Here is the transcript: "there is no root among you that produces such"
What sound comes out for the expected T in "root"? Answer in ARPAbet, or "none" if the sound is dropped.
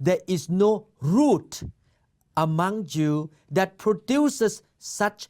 T